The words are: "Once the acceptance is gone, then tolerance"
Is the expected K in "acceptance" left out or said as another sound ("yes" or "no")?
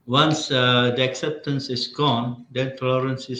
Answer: no